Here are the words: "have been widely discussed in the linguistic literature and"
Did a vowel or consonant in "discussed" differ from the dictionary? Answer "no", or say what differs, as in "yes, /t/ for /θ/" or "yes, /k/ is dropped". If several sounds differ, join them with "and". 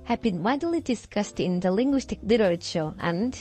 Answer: no